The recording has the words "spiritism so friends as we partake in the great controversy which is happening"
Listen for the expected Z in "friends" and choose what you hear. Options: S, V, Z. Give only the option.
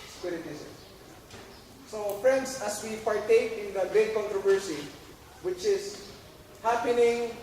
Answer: S